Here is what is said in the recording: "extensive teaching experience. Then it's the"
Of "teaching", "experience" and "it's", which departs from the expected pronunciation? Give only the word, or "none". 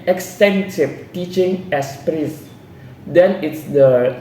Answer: experience